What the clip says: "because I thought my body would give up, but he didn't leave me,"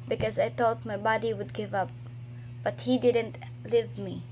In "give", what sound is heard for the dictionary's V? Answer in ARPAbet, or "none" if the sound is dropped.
V